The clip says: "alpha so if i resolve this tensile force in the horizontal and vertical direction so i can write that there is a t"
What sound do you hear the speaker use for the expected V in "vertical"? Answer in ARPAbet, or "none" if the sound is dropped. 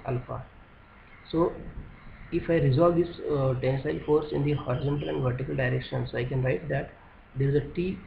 V